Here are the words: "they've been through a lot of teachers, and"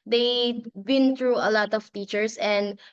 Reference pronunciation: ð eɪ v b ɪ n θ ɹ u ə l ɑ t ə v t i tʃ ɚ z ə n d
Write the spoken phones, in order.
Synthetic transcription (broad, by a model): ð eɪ b ɪ n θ ɹ u ə l ɑ t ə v t i tʃ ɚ s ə n d